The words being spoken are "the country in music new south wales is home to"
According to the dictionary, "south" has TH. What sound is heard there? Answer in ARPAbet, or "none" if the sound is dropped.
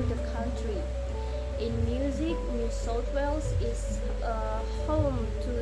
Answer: T